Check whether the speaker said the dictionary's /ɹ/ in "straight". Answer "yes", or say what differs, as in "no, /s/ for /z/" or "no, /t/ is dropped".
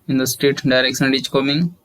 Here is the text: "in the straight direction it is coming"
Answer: no, /ɹ/ is dropped